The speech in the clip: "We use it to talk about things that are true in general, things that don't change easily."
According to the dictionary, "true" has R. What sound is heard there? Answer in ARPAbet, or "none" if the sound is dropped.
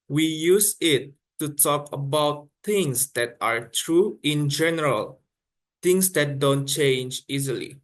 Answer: R